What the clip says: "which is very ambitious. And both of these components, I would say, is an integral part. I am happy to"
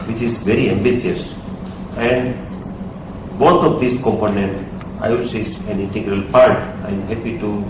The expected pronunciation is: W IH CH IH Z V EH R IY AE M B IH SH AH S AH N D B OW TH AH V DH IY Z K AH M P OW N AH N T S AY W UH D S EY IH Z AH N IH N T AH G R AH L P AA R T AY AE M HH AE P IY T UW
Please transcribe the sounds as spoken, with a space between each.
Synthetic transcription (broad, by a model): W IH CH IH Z V EH R IY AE M B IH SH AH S AH N D B OW T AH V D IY S K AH M P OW N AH N T AY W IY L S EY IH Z AH N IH N T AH G R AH L P AA R T AY M HH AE P IY T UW